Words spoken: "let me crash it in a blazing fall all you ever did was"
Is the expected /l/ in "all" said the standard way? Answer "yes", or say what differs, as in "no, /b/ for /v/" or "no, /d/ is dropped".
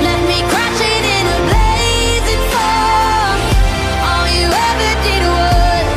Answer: no, /n/ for /l/